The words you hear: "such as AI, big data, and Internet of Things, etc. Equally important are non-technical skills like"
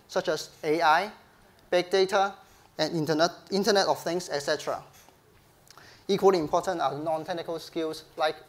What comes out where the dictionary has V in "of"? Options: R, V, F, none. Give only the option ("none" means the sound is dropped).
F